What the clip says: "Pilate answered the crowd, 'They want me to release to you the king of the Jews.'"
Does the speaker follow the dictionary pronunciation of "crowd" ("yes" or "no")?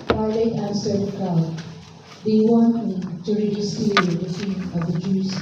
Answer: no